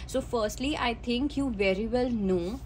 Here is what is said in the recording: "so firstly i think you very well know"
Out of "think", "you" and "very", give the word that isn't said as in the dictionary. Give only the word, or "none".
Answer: think